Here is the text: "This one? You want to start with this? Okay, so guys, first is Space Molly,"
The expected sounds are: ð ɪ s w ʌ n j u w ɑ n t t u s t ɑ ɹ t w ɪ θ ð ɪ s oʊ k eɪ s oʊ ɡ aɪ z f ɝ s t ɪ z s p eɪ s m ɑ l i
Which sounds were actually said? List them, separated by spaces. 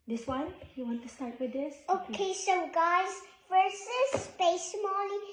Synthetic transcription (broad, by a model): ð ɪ s w ʌ n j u w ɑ n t t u s t ɑ ɹ t w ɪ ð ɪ s oʊ k eɪ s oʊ ɡ aɪ z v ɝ s ɪ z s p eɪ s m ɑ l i